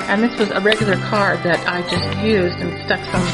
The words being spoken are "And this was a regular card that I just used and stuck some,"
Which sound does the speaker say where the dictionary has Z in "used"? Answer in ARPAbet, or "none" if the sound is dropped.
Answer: Z